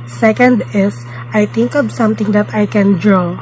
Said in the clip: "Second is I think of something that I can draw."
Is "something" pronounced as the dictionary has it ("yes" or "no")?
no